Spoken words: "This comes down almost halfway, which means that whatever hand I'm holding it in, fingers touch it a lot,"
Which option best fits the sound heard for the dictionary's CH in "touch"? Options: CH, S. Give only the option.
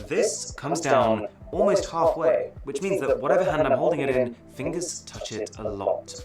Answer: CH